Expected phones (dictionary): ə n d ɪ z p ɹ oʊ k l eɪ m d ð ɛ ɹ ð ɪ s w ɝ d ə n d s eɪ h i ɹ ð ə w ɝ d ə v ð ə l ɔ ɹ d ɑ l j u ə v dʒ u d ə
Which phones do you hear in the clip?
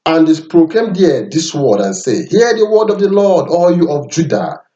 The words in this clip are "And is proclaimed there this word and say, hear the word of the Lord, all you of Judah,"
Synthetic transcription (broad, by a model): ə n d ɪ s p ɹ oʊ k eɪ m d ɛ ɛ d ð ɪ s w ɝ d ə n s eɪ h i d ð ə w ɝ d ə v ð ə l ɔ d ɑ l j u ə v dʒ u d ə